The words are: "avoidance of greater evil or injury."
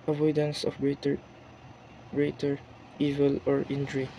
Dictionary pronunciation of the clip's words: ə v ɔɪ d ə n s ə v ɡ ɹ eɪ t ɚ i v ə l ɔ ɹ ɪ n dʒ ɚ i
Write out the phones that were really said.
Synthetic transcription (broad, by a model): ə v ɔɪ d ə n s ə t ɡ ɹ eɪ t ɚ i v ə l ɔ ɹ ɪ n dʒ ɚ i